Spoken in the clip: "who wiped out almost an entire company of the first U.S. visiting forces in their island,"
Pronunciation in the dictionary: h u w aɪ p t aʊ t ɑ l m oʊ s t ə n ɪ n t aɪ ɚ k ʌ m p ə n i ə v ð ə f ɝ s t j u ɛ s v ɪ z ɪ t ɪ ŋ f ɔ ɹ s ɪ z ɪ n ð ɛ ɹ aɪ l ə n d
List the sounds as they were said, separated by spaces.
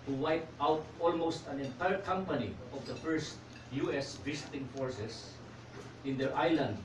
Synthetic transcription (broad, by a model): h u w aɪ p t aʊ t ɑ l m oʊ s t ə n ɪ n t aɪ ɚ k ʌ m p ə n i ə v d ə f ɝ s t j u ɛ s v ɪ s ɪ t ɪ ŋ f ɔ ɹ s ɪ s ɪ n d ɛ ɹ aɪ l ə n d